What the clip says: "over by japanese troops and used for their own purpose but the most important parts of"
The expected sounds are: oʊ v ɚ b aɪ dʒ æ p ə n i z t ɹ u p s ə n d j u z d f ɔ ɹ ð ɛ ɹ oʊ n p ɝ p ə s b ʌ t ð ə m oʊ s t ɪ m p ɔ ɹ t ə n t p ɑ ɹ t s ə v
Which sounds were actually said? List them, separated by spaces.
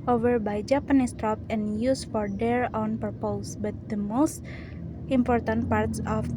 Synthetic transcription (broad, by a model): oʊ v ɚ b aɪ dʒ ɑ p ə n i s t ɹ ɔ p ə n j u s f ɔ ɹ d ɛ ɹ oʊ n p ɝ p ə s b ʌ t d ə m oʊ s t ɪ m p ɔ ɹ t ə n t p ɑ ɹ t s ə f